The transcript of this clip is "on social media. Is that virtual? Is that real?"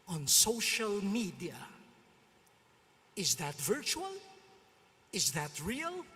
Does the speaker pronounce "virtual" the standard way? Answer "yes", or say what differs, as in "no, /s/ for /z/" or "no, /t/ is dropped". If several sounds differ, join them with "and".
yes